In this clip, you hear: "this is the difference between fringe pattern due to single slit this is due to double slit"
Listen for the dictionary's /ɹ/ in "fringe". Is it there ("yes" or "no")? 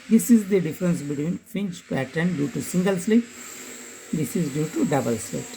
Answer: no